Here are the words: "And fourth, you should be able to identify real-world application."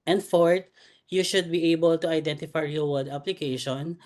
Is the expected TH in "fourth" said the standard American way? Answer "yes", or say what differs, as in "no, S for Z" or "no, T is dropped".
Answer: no, T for TH